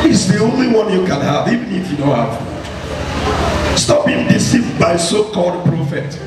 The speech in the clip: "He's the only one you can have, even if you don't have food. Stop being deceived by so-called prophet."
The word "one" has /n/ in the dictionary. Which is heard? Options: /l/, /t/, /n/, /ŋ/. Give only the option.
/n/